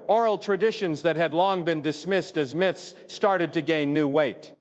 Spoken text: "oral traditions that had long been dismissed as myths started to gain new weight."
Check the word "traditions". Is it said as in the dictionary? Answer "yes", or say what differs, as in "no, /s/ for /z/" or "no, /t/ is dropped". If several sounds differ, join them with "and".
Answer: yes